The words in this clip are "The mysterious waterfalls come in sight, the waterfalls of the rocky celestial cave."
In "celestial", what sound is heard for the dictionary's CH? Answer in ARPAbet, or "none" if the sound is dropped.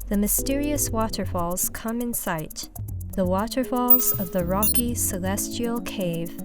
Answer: CH